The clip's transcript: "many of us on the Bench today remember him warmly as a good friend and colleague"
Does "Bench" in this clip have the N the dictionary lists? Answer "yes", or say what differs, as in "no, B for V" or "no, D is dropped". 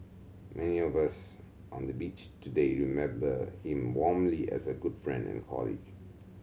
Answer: no, N is dropped